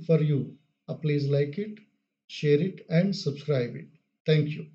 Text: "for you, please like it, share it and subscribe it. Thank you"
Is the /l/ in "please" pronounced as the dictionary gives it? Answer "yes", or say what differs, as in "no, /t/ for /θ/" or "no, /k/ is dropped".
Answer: yes